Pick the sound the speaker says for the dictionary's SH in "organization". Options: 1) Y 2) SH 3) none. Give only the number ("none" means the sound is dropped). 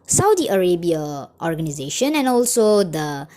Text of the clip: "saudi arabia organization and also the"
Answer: 2